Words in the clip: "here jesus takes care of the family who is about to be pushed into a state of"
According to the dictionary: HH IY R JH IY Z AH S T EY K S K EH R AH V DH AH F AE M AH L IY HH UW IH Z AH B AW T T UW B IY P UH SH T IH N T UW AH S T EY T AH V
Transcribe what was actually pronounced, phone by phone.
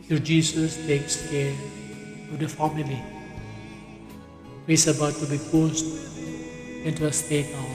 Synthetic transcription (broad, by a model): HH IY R JH IY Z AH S T EY K S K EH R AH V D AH F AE M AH L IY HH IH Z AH B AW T T UW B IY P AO S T IH N T UW AH S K EY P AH